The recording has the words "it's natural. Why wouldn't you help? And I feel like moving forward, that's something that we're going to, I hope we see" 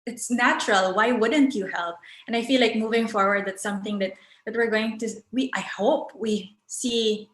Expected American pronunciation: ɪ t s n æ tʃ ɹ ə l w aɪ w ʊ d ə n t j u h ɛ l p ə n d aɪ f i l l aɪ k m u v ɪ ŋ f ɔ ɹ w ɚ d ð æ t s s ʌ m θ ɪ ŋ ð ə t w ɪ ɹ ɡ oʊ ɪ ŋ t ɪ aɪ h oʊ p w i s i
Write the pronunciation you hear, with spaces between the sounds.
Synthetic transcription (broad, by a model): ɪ t s n æ tʃ ɹ ə l w aɪ w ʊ d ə n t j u h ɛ l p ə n aɪ f i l l aɪ k m u v ɪ ŋ f ɔ ɹ w ɚ d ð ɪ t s s ʌ m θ ɪ ŋ ð ə t w ɪ ɹ ɡ oʊ ɪ ŋ t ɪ aɪ h oʊ p w i s i